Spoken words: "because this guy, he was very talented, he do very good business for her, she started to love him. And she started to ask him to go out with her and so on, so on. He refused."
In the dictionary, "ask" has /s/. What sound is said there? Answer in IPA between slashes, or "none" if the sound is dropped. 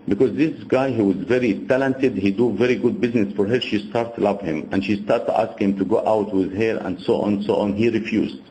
/s/